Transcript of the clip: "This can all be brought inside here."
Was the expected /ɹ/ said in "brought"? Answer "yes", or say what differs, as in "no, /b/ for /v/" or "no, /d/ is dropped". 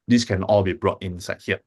yes